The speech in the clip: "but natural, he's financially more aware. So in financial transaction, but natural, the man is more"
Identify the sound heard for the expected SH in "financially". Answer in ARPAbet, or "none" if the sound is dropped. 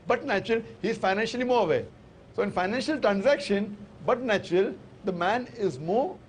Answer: SH